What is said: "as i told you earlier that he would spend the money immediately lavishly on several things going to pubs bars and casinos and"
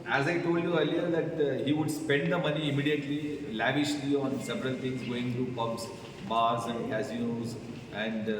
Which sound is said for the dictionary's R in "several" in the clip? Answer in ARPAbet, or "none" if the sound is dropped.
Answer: R